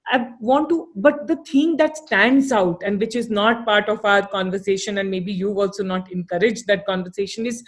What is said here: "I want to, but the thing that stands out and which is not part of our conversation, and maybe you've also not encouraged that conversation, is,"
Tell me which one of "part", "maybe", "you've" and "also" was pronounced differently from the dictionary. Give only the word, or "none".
you've